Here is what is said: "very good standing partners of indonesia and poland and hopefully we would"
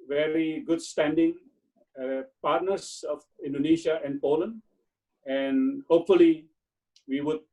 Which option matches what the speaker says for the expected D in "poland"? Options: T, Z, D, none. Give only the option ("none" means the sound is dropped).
D